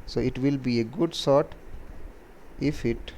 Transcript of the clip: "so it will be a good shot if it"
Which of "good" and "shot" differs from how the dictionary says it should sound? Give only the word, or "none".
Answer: shot